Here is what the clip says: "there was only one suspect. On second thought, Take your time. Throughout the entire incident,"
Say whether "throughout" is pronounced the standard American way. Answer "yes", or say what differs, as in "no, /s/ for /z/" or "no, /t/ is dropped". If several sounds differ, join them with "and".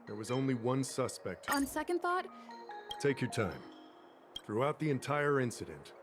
yes